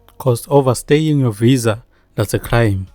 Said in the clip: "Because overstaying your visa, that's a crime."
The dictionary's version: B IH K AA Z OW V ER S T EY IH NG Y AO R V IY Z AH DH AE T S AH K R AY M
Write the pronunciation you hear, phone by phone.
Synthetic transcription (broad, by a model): K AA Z OW V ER S T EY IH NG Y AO V IY Z AH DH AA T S AH K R AY M